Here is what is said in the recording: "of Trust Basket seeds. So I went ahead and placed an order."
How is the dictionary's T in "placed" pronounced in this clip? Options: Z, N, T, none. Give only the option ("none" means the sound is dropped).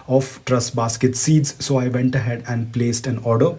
T